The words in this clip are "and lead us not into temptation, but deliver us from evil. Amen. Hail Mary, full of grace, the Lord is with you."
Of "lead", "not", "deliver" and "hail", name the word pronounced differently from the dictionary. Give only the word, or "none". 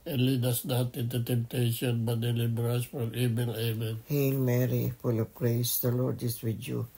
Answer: deliver